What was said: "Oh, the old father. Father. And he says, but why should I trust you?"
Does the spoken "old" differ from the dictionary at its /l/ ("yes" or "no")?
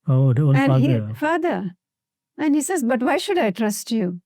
yes